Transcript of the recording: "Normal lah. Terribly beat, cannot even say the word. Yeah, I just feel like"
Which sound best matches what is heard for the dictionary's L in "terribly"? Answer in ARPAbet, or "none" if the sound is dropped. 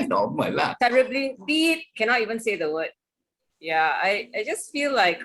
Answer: L